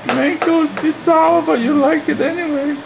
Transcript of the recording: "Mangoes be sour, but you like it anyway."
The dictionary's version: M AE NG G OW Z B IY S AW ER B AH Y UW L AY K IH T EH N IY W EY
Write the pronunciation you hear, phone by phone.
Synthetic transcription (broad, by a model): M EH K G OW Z B IY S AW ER B AH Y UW L AY K IH T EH N IY W EY